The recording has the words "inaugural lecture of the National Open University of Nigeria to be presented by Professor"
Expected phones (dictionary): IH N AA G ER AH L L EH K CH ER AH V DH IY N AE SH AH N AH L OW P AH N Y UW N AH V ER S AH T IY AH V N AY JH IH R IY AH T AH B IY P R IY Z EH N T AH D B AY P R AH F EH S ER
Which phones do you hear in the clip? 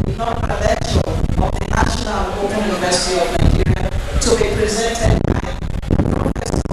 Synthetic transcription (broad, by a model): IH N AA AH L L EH CH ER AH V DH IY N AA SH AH N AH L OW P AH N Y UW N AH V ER S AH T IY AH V N AY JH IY R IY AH T AH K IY P R IY Z EH N T AH D B AY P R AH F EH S